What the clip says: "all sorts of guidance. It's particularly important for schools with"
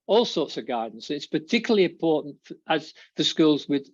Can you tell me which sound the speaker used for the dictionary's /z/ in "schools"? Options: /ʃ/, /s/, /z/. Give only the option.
/z/